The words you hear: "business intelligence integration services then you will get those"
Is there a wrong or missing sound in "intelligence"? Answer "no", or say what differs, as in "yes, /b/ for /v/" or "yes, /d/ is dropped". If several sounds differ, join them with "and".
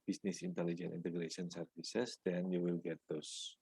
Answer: yes, /s/ is dropped